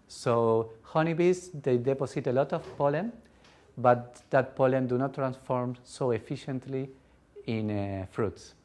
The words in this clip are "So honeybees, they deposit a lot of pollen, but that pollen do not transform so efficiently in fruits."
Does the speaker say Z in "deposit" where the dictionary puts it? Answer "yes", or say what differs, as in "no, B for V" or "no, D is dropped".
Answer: no, S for Z